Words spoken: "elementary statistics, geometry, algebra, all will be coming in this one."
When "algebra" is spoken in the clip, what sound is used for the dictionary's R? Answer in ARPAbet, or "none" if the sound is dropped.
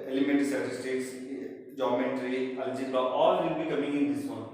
none